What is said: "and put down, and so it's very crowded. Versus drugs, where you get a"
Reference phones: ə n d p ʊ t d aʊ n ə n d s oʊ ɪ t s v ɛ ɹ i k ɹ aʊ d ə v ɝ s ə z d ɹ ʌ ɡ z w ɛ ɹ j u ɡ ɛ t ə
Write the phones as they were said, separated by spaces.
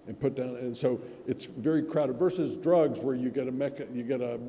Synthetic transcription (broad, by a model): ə n p ʊ t d aʊ n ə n s oʊ ɪ t s v ɛ ɹ i k ɹ aʊ d ə v ɝ s ə z d ɹ ʌ ɡ z w ɛ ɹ j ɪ ɡ ɛ t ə